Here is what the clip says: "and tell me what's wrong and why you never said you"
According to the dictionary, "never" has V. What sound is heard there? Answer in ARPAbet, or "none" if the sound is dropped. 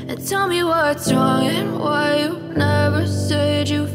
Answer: V